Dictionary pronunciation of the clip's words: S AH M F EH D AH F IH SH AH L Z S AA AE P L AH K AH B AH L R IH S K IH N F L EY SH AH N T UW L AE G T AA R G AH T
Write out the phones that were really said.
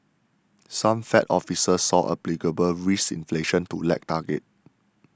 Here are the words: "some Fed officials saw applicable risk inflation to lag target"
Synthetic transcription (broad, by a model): S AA M F EH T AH F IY S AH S AA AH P L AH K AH B AH L R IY S IH N F L EY SH AH N T UW L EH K T AA G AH T